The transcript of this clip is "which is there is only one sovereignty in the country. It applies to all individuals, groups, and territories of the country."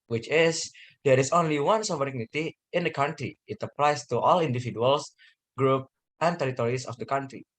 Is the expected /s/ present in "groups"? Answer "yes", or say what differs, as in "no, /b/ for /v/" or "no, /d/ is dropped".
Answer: no, /s/ is dropped